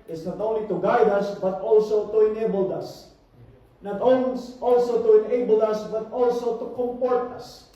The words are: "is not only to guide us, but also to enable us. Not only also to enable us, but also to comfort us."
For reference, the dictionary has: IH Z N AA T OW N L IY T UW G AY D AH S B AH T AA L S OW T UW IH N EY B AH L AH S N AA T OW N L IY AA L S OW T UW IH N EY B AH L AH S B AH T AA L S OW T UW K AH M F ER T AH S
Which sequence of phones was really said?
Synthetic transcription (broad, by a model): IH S N AA T OW N L IY T UW G AY D AH S B AH T AA L S OW T UW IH N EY B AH L AH S N AA T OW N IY AA L S OW T UW IH N EY B AH L AH S B AH T AA L S OW T UW K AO M P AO T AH S